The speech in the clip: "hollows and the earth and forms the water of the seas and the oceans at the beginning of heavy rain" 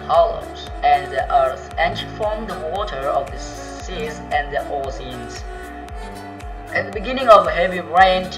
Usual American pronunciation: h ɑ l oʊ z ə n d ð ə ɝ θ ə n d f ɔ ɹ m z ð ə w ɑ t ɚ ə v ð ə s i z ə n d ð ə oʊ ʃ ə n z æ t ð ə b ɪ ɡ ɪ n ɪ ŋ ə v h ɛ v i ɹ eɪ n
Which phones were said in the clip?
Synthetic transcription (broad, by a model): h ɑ l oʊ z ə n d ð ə ɝ θ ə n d f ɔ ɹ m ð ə w ɑ t ɚ ə v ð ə s i z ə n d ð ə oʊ s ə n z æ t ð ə b ɪ ɡ ɪ n ɪ ŋ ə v h ɛ v i ɹ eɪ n